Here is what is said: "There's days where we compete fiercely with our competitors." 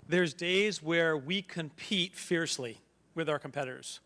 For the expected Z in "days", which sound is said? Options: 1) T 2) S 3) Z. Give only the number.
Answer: 3